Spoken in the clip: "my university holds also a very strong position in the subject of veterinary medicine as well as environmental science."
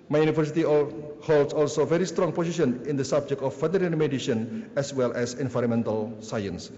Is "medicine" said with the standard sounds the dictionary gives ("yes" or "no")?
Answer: no